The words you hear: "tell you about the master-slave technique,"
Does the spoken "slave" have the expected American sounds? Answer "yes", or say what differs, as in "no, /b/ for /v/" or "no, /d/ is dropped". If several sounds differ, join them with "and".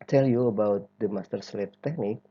no, /f/ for /v/